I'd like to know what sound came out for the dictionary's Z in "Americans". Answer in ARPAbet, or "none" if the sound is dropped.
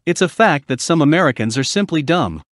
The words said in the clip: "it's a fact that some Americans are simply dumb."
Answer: Z